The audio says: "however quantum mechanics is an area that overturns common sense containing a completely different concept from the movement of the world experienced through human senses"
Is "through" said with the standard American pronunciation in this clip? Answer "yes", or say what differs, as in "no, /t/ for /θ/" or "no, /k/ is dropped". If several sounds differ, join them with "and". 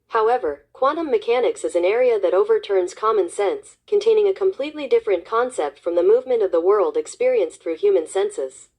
yes